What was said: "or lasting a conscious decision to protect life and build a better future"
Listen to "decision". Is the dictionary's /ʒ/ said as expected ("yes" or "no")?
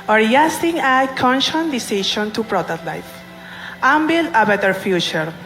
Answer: no